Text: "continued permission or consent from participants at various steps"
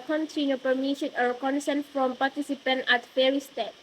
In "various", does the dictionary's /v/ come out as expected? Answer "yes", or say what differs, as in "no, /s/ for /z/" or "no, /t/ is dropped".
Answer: no, /f/ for /v/